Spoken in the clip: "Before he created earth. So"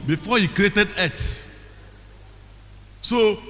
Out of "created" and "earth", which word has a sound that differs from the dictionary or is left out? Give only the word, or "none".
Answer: earth